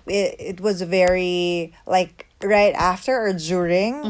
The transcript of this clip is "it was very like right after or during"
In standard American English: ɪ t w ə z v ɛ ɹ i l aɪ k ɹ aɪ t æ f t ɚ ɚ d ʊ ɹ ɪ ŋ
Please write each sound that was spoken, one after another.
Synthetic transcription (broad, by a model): ɪ t w ə z v ɛ ɹ i l aɪ k ɹ aɪ t æ f t ɚ ɚ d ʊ ɹ ɪ ŋ